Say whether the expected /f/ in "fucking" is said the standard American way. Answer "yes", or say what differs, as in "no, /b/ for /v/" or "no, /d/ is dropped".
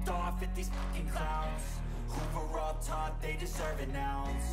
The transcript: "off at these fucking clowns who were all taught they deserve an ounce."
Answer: no, /p/ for /f/